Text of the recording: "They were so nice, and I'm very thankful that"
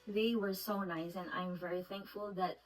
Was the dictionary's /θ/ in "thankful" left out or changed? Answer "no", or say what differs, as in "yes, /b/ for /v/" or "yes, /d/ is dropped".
no